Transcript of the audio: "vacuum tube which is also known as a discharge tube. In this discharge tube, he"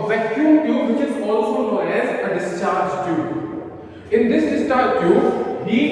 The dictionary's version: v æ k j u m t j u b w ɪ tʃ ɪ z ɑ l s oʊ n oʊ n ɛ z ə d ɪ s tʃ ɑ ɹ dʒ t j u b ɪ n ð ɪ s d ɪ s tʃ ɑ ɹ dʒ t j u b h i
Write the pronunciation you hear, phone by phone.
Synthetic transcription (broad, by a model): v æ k j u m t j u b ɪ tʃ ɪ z ɑ l s oʊ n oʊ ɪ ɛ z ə d ɪ s tʃ ɑ ɹ dʒ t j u ɪ n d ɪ s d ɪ s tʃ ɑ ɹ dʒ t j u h i